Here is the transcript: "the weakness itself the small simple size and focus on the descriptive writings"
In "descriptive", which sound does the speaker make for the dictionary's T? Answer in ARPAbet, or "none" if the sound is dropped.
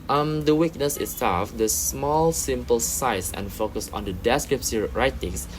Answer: S